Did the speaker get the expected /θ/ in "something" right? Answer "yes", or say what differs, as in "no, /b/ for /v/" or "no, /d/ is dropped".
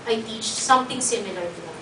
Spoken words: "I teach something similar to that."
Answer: no, /t/ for /θ/